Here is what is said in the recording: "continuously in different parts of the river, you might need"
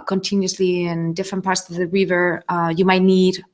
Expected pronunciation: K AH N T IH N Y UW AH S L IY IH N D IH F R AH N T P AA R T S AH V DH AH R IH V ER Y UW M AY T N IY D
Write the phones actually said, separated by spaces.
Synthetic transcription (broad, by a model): K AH N T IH N Y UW S L IY IH N D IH F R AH N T P AA R T S AH V DH AH R IH V ER Y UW M AY T N IY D